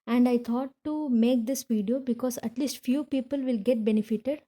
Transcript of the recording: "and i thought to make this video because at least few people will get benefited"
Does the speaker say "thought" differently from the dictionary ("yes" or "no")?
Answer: yes